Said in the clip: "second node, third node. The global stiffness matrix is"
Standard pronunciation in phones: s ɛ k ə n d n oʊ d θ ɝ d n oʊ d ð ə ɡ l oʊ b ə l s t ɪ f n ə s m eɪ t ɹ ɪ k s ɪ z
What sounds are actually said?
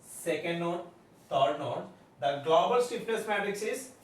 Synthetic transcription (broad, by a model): s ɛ k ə n d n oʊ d t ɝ d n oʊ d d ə ɡ l oʊ b ə l s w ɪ p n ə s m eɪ t ɹ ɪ k s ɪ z